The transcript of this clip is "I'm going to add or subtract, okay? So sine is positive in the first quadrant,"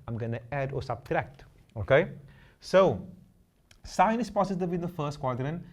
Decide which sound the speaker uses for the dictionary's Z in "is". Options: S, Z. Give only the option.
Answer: S